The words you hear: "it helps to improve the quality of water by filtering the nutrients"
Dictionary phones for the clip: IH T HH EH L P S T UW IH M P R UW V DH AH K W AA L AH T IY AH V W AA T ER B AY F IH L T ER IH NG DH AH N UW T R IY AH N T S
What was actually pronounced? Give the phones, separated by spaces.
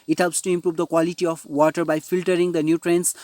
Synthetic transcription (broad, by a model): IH T HH EH L P S T UW IH M P R UW V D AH K W AA L AH T IY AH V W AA T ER B AY F IH L T ER IH NG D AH N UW T R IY N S